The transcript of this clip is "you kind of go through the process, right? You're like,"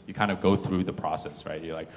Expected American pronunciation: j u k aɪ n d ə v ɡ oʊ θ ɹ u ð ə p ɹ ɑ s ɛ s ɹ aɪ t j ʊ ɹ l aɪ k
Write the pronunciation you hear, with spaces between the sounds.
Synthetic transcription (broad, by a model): j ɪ k aɪ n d ə v ɡ oʊ θ ɹ u ð ə p ɹ ɑ s ɛ s ɹ aɪ t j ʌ ɹ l aɪ k